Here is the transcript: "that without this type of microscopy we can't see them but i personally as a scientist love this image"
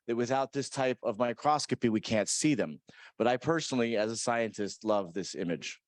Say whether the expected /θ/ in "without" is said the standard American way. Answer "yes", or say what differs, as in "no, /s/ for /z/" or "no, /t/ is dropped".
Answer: yes